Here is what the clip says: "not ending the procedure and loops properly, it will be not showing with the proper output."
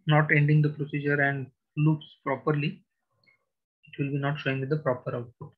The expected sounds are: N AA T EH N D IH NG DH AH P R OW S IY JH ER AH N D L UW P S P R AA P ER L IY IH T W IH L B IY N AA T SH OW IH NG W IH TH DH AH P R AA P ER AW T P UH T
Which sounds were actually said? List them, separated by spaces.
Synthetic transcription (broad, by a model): N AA T EH N D IH NG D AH P R OW S IY JH ER AH N D L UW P S P R AA P ER L IY IH T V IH L B IY N AA T SH OW IH NG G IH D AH P R AA P ER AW T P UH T